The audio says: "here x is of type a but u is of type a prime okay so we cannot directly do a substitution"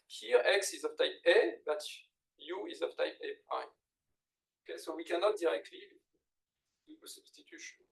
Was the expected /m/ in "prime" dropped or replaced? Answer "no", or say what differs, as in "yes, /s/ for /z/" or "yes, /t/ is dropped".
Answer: yes, /m/ is dropped